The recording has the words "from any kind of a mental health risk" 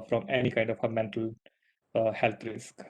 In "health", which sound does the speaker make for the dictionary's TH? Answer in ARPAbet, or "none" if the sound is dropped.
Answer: T